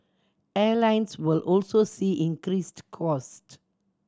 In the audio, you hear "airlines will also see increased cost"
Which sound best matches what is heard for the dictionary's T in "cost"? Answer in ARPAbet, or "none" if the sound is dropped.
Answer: T